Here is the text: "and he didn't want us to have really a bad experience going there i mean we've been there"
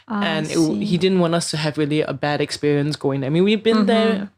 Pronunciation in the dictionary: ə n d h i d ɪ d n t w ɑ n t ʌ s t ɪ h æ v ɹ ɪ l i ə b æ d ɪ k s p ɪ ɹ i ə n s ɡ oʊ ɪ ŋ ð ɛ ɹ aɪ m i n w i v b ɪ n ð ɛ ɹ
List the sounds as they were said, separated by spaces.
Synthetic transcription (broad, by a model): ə n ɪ h i d ɪ d n t w ɑ n t ʌ s t ɪ v ɹ ɪ l i ə b æ d ɪ k s p ɪ ɹ i ə n s ɡ oʊ ɪ ŋ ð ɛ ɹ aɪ m i n w i v b ɪ n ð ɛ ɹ